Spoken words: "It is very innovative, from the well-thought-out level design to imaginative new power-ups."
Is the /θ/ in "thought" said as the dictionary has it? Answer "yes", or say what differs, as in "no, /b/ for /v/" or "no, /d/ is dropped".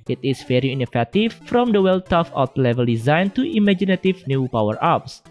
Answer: no, /t/ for /θ/